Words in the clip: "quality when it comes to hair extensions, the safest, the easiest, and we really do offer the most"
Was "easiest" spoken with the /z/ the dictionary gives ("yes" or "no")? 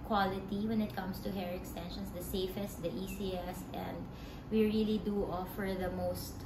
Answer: no